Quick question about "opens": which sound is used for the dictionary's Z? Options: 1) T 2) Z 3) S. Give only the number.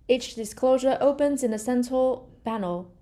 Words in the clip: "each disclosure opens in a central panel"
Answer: 2